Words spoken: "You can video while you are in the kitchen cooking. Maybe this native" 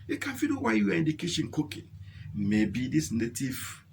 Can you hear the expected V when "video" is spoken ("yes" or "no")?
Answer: no